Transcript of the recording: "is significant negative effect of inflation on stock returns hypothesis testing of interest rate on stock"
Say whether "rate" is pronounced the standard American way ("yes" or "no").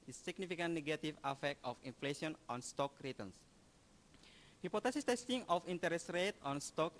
yes